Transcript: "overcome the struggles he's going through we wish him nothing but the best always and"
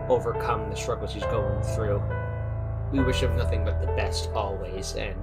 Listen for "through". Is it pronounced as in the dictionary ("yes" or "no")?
yes